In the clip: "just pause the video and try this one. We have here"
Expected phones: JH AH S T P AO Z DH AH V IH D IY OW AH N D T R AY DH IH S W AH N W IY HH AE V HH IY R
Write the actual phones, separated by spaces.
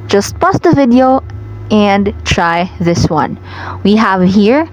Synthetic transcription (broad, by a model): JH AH S T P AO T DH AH V IH D IY OW AH N D T R AY DH IH S W AH N W IY HH AE V HH IY R